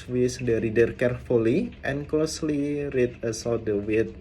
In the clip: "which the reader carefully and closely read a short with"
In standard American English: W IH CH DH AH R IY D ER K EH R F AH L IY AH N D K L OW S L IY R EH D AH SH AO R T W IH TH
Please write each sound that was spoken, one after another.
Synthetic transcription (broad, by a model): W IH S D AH R IY D ER K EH R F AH L IY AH N K L OW S L IY R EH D AH S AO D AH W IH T